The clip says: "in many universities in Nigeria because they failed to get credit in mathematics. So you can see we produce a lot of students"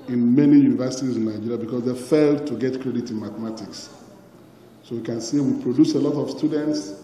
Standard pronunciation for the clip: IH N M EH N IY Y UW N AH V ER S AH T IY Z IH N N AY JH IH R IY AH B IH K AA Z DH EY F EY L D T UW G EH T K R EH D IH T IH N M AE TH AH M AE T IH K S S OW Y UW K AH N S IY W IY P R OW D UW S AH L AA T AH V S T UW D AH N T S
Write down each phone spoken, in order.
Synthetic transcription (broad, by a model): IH N M EH N IY Y UW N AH V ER S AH T IY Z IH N N AY JH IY R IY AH B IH K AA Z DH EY F EY L D T UW G EH T K R EH D IH T IH N M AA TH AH M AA T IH K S S OW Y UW K AH N S IY W IY P R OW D UW S AH L AA T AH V S T UW D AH N T S